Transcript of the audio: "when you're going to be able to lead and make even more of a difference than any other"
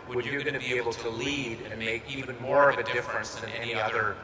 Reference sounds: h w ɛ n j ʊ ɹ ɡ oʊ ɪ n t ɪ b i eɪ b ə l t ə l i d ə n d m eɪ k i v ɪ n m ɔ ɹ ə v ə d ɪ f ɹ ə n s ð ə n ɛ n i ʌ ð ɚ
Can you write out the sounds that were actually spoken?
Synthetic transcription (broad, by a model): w w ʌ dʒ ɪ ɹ ɡ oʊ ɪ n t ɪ b i eɪ b l t ə l i d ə n m eɪ k i v ɪ n m ɔ ɹ ə v ə d ɪ f ɹ ə n s ð ə n ɛ n i ʌ ð ɚ